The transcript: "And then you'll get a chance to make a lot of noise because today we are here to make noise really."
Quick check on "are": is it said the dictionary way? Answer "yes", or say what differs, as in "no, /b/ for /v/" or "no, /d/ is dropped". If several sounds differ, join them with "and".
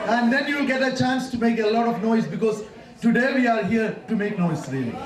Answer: yes